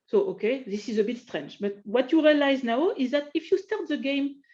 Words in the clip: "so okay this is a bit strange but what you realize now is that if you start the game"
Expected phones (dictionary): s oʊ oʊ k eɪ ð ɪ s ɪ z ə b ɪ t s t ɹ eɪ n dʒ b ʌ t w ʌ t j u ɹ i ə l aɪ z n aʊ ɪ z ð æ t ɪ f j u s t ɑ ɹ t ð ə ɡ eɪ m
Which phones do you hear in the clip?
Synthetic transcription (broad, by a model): s oʊ oʊ k eɪ ð ɪ s ɪ z ə b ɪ t s t ɹ eɪ n dʒ b ʌ t w ʌ t j u ɹ i ə l aɪ z n aʊ ɪ z ð æ t ɪ f j u s t ɑ ɹ t ð ə ɡ eɪ m